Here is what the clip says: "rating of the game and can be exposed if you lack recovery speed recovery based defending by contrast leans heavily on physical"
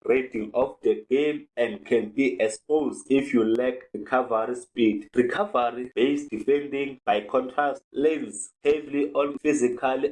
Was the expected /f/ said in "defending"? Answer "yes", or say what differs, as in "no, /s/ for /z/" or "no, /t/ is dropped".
yes